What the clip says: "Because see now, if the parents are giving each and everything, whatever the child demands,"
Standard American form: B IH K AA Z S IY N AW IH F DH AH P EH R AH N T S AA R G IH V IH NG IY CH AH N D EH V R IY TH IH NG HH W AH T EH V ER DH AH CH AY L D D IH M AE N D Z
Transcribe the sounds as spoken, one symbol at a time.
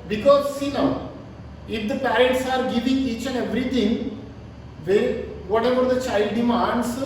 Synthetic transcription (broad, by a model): B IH K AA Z S IY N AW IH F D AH P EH R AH N T S AA R G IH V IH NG IY CH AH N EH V R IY T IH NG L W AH T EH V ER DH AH CH AY L D D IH M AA N D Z